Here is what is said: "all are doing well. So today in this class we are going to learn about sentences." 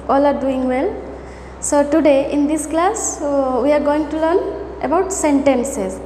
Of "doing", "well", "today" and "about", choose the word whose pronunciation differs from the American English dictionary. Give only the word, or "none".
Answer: none